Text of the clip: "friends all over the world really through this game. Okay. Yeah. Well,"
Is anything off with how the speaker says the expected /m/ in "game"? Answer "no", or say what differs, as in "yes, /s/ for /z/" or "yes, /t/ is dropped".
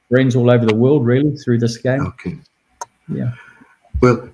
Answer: yes, /m/ is dropped